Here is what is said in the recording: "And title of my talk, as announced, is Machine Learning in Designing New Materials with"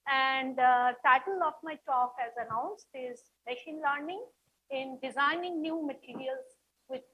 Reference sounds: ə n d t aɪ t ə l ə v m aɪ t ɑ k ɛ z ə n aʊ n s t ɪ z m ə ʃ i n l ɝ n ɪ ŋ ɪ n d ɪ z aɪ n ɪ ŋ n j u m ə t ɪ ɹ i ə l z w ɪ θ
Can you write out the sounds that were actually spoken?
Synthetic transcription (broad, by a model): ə n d t aɪ t ə l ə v m aɪ t ɑ k ɛ z ə n aʊ n s t ɪ z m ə ʃ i n l ɝ n ɪ ŋ ɪ n d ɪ z aɪ n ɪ ŋ n j u m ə t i ɹ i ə l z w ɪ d